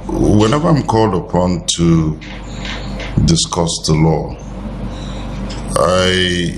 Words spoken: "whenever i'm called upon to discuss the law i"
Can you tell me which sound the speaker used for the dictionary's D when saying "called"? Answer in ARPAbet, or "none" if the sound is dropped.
D